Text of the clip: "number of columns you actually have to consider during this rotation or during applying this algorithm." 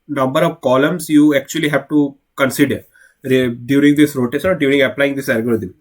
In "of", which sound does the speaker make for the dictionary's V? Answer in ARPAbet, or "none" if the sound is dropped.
V